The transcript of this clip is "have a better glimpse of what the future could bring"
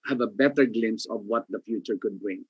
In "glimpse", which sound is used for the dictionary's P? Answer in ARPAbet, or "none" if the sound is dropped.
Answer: none